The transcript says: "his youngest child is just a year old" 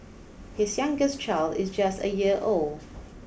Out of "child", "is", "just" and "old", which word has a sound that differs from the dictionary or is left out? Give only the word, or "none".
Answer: none